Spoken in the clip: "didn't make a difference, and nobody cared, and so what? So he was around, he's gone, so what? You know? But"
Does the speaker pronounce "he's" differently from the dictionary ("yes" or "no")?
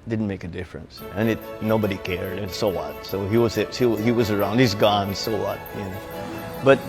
no